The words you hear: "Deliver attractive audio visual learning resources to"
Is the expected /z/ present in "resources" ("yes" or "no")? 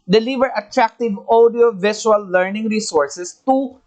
no